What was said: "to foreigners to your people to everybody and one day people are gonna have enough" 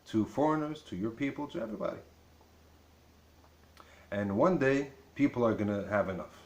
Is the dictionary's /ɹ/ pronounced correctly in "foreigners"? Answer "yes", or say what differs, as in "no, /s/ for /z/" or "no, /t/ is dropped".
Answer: yes